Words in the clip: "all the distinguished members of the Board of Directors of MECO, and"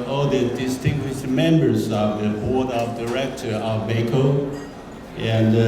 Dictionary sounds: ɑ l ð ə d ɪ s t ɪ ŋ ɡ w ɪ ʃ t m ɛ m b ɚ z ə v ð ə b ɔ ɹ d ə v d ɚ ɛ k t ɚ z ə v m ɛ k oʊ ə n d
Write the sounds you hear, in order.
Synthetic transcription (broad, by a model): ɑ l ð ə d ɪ s t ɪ ŋ ɡ w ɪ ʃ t m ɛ m b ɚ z ə v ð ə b ɔ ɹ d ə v d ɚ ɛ k t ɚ ə v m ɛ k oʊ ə n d